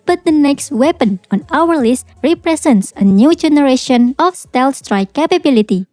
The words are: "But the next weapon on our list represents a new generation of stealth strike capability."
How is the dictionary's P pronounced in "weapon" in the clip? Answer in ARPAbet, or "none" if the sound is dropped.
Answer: P